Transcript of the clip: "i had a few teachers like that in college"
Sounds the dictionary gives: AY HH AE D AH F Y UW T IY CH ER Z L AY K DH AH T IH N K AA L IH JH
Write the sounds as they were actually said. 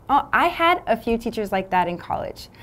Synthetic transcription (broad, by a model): AY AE D AH F Y UW T IY CH ER Z L AY K DH AH T IH N K AA L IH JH